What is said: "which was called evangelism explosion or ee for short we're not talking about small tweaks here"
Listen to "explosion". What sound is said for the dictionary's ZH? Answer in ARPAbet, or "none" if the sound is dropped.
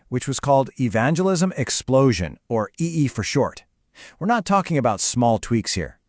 ZH